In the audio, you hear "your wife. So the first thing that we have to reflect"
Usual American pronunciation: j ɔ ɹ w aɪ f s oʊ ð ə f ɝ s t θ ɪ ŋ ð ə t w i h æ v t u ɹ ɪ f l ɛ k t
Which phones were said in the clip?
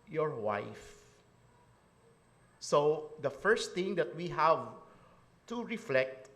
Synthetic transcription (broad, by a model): j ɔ ɹ w aɪ f s oʊ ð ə f ɝ s t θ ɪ ŋ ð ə t w i h æ v t u ɹ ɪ f l ɛ k t